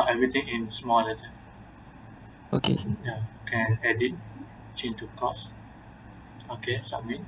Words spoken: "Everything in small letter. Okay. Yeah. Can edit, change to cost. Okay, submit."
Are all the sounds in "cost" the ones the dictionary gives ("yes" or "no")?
no